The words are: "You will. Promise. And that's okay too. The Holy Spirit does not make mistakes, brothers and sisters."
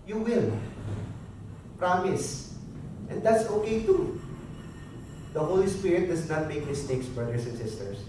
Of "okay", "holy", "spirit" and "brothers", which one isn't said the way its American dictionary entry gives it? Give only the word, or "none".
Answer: brothers